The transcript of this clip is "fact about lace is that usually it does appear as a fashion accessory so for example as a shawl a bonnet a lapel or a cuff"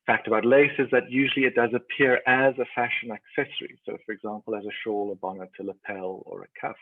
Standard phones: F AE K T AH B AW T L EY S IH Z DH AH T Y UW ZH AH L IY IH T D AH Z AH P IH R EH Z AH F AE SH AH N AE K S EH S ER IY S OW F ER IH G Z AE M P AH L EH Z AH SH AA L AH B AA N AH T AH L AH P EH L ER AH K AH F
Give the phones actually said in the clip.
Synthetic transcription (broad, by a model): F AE K T AH B AW T L EY S IH Z DH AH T Y UW ZH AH L IY IH T D AH Z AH P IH R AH Z AH F AE SH AH N AE K S EH S ER IY S OW F ER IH G Z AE M P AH L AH Z AH SH AA L AH B AA N AH T AH L AH P EH L ER AH K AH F